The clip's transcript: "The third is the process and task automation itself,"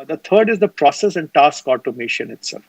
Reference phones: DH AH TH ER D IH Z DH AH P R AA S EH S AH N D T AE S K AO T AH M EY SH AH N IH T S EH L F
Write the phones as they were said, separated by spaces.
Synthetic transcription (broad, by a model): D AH T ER D IH Z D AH P R AA S EH S AH N D T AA S K AO T AH M EY SH AH N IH T S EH L F